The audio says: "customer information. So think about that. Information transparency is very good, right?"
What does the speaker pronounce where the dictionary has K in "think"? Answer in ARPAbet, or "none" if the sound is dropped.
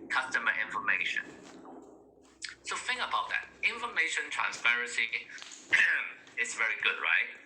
none